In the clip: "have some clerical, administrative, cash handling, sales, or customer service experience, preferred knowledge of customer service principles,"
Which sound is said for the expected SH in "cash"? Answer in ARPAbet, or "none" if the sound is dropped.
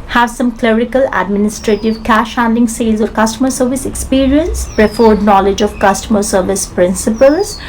SH